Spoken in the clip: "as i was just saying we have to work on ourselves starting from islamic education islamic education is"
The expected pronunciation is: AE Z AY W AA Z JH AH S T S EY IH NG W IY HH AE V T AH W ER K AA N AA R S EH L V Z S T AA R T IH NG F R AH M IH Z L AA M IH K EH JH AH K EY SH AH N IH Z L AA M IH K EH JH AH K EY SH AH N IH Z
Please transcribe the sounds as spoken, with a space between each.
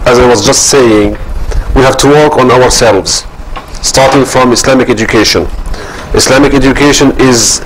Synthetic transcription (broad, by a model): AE Z AY W AA Z JH AH S T S EY IH NG W IY HH AE V T AH W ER K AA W AA R S EH L V Z S T AA R T IH NG F R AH M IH S L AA M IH K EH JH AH K EY SH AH N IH S L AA M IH K EH JH AH K EY SH AH N IH Z